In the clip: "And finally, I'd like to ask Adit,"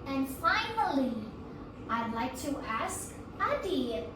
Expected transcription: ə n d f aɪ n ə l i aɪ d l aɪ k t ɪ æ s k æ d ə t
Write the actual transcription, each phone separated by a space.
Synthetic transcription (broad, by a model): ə n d f aɪ n ə l i aɪ d l aɪ k t ɪ æ s k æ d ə